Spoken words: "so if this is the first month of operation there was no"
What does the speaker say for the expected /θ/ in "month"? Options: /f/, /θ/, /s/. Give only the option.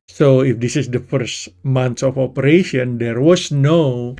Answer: /s/